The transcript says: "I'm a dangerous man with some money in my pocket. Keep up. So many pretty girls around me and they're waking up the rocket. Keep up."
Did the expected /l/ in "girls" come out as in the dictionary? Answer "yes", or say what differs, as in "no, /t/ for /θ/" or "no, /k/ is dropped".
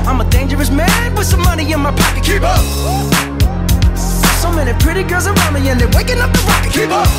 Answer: no, /l/ is dropped